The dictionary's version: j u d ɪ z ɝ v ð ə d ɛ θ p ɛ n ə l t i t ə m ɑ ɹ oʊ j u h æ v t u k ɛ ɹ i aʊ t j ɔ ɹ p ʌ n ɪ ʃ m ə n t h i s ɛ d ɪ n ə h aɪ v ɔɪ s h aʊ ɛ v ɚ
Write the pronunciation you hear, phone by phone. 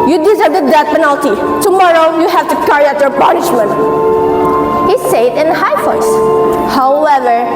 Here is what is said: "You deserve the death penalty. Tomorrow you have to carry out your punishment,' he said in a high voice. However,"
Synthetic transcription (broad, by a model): j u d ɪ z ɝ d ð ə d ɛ t p ɛ n ə l t i t ə m ɑ ɹ oʊ j u h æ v t u k ɛ ɹ i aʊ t j ɔ ɹ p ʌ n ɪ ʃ m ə n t h i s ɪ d ɪ n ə h aɪ f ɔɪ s h aʊ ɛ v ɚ